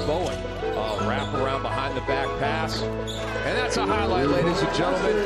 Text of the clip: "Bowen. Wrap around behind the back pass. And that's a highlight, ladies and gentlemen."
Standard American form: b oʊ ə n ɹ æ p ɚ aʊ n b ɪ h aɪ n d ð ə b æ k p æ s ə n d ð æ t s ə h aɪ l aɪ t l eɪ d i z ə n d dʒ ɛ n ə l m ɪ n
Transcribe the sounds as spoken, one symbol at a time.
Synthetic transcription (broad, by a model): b oʊ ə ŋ ɹ æ p ɚ aʊ n b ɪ h aɪ n ð ə b æ k p æ s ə n ð æ t s ə h aɪ l aɪ t l eɪ d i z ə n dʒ ɛ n l m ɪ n